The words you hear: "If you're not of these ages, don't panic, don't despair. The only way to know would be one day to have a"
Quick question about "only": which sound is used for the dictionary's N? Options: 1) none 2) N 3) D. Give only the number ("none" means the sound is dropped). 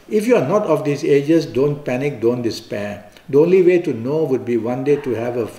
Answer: 2